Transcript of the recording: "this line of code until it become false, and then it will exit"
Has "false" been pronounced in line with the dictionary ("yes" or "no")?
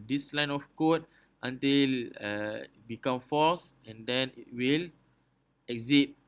no